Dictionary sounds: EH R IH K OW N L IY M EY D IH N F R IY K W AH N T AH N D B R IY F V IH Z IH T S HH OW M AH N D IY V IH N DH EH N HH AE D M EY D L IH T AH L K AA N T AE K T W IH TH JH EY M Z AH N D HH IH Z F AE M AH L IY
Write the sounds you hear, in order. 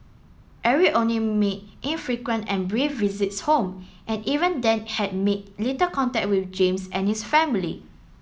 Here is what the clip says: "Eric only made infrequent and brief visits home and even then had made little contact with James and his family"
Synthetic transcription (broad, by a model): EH R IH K OW N L IY M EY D IH N F R IY K W AH N T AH N B R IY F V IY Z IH T S HH OW M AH N IY V IH N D EH N HH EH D M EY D L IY T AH K AA N T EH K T W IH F JH EY M S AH N HH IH S F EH M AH L IY